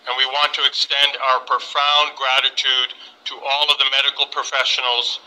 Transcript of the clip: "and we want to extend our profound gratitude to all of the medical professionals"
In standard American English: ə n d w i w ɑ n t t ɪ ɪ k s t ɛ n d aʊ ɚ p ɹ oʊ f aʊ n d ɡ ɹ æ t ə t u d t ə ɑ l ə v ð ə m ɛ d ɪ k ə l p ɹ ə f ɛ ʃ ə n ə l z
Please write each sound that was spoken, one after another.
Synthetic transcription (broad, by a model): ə n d w i w ɑ n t t ɪ ɪ k s t ɛ n d aʊ ɚ p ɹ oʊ f aʊ n ɡ ɹ æ t ə t u d t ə ɑ l ə v ð ə m ɛ d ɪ k l p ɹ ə f ɛ ʃ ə n l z